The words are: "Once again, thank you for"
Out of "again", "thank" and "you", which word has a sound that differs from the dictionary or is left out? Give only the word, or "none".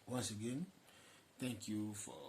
thank